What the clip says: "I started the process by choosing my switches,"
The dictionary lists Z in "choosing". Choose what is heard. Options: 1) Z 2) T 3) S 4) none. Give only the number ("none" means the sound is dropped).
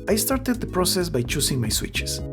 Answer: 3